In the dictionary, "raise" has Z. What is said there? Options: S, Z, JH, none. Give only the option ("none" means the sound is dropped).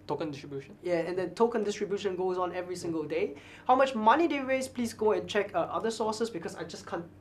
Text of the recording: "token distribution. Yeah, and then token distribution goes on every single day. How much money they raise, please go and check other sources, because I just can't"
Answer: S